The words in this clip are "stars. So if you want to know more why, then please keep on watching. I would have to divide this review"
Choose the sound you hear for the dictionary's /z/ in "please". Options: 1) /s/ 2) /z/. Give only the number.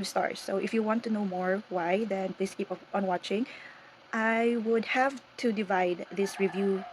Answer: 1